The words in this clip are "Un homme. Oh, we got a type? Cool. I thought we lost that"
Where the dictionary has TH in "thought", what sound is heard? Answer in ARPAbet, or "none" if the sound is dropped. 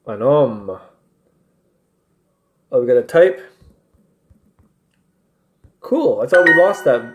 S